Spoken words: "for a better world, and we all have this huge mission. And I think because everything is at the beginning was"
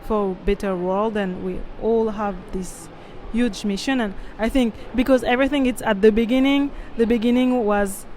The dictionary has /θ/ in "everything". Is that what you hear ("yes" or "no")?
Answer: yes